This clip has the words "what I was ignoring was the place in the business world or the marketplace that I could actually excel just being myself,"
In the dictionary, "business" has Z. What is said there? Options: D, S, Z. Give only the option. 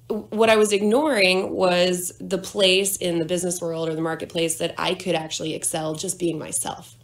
Z